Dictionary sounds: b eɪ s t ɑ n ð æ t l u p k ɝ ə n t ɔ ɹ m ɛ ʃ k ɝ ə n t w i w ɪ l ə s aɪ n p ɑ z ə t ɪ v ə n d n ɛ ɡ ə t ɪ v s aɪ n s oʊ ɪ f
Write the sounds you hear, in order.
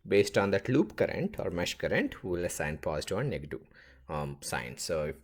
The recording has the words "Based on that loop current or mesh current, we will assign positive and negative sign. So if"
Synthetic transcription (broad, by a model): b eɪ s t ɑ n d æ t l u p k ɝ ə n t ɔ ɹ m ɛ ʃ k ɝ ə n t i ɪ l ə s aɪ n p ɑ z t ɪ ə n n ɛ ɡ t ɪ s aɪ n s oʊ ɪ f